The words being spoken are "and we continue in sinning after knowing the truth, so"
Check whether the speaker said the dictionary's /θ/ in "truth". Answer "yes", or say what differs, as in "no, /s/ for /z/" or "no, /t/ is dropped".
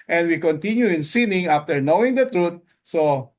no, /t/ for /θ/